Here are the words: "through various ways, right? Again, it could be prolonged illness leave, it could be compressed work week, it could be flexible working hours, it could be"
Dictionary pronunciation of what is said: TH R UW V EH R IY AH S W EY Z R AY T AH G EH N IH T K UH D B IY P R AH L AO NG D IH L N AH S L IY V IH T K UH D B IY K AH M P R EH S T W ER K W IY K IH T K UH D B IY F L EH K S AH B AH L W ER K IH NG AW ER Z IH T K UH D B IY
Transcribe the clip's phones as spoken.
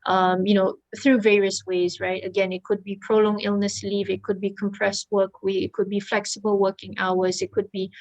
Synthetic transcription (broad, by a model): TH R UW V EH R IY AH S W EY Z R AY T AH G EH N IH T K UH D B IY P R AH L AO NG IH L N AH S L IY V IH T K UH D B IY K AH M P R EH S T W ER K W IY IH T K UH D B IY F L EH K S AH B AH L W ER K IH NG AW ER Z IH T K UH D B IY